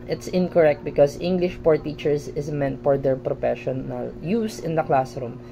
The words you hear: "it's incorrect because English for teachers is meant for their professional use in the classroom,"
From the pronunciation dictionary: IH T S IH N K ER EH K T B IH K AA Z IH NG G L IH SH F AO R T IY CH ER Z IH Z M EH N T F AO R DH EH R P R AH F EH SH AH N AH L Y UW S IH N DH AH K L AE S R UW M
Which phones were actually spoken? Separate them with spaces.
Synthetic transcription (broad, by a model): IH T S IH N K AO EH K T B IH K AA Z IH NG G L IH SH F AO R T IY CH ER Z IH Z M EH N T F AO R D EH R P R AH F EH SH AH N AH L Y UW S IH N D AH K L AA S R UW M